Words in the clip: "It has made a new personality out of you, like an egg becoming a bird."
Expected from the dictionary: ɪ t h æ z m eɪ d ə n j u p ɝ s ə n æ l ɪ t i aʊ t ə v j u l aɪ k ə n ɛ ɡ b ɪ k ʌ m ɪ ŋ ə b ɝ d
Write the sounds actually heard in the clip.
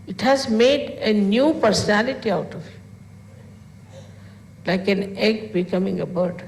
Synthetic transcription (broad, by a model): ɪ t h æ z m eɪ d ə n j u p ɝ s ə n æ l ɪ t i aʊ t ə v l aɪ k ə n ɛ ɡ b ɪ k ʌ m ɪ ŋ ə b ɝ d